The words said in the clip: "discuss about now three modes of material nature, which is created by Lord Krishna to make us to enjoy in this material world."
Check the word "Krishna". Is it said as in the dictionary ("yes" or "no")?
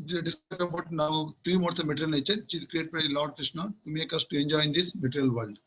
yes